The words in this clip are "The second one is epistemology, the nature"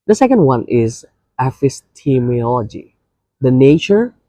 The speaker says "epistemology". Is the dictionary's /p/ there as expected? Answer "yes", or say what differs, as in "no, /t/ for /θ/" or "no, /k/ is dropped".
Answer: no, /f/ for /p/